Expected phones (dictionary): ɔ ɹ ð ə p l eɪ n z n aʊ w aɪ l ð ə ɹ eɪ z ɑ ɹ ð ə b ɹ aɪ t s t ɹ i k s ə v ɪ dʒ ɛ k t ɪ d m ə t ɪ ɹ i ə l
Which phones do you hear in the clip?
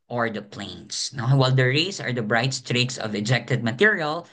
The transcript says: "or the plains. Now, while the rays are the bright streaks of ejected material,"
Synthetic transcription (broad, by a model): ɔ ɹ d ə p l eɪ n s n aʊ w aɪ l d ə ɹ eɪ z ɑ ɹ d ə b ɹ aɪ t s t ɹ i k s ə v ɪ dʒ ɛ k t ɪ d m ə t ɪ ɹ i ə l